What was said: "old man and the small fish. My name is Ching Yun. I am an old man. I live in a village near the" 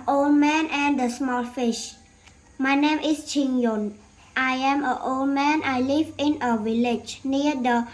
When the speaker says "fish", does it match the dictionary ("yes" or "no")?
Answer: yes